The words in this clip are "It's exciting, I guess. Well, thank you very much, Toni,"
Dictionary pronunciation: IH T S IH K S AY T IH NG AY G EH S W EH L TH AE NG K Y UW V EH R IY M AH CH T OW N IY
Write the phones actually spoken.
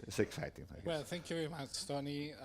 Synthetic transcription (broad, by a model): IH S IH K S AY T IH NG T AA W EH L TH AE NG K Y UW V EH R IY M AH CH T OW N IY